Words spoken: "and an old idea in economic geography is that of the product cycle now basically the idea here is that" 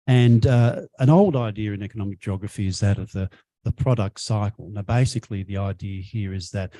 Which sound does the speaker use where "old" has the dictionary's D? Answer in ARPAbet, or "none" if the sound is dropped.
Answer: D